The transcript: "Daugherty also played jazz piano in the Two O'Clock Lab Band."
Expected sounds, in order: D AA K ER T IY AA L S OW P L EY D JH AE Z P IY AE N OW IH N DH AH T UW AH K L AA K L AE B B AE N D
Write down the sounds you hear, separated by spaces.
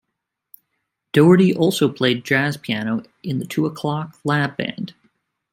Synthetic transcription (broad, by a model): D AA ER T IY AA L S OW P L EY D JH AE Z P IY AE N OW IH N DH AH T UW AH K L AA K L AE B B AE N D